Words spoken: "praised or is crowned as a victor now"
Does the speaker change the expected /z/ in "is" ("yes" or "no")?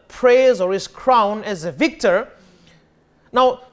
yes